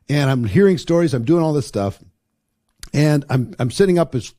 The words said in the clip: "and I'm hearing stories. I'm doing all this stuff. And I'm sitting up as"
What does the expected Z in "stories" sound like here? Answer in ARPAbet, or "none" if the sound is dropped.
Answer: Z